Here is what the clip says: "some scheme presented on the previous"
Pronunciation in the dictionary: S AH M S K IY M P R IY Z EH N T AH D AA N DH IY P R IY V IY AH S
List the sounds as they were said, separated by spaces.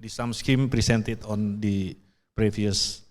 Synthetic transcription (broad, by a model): S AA M S K IY M P R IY S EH N T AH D AA N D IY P R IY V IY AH S